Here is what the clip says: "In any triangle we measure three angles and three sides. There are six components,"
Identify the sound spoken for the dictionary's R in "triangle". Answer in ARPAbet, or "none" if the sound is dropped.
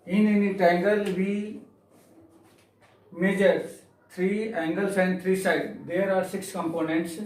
none